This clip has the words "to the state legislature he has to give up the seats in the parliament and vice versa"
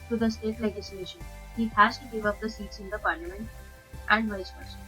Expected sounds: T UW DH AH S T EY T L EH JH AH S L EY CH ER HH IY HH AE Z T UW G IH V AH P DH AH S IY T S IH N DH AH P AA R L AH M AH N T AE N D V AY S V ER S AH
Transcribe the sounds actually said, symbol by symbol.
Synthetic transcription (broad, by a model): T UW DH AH S T EY T L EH JH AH S L EY SH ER HH IY HH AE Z T UW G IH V AH P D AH S IY T S IH N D AH P AA R L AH M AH N T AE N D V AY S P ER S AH